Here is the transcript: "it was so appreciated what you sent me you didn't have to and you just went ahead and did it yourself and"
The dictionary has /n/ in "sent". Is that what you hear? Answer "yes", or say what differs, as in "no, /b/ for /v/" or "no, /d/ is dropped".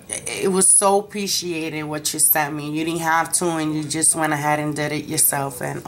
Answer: no, /n/ is dropped